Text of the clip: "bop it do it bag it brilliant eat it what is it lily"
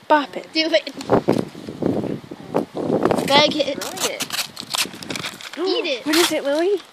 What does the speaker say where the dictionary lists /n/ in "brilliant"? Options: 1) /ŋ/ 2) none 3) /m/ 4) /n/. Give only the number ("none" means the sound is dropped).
2